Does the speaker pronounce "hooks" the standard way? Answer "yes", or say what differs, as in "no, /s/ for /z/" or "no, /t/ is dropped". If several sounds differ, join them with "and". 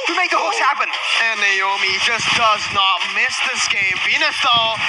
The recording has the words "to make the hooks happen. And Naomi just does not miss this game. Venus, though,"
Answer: no, /k/ is dropped